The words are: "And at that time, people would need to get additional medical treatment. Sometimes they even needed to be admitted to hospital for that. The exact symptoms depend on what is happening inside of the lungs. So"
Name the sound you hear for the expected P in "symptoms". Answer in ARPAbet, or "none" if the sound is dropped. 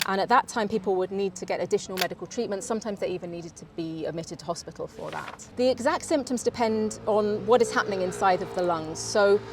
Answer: P